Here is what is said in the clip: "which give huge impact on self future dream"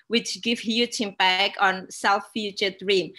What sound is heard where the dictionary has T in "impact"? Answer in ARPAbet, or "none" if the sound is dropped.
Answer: none